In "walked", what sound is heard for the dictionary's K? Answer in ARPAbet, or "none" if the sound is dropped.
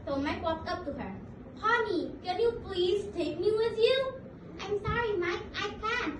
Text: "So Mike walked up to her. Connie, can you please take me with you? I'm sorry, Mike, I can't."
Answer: none